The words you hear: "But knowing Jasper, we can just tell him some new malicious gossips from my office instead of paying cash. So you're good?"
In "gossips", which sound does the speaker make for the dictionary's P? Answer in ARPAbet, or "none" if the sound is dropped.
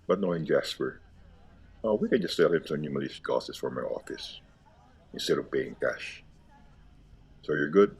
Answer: none